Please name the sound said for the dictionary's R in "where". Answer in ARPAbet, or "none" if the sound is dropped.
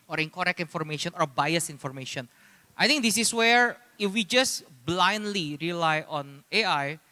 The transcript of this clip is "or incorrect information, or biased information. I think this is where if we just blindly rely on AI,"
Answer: R